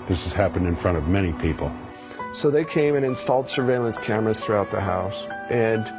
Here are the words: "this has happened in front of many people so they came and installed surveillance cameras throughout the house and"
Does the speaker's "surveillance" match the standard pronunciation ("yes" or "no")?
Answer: yes